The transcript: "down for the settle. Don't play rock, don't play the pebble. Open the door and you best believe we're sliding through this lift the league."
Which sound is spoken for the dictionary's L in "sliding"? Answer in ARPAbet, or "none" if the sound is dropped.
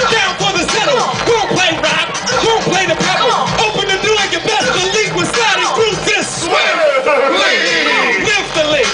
none